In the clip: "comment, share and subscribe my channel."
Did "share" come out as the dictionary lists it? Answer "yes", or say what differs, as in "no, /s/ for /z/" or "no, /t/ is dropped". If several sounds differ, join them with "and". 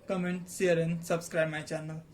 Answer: no, /s/ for /ʃ/